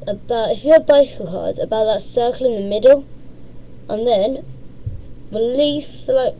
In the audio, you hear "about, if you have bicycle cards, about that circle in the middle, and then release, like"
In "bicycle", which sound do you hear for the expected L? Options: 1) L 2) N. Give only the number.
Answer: 1